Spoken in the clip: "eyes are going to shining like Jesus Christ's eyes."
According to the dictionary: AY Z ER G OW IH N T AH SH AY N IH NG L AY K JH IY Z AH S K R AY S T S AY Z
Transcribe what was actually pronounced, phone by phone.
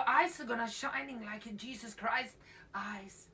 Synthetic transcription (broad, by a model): AY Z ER G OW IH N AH SH AY N IH NG L AY K JH IY Z AH S K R AY S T AY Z